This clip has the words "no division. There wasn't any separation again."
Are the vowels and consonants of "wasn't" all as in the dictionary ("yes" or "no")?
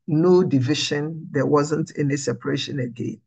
yes